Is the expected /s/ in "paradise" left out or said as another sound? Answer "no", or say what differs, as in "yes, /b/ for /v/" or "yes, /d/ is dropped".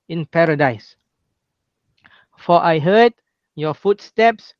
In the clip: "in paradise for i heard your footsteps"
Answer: no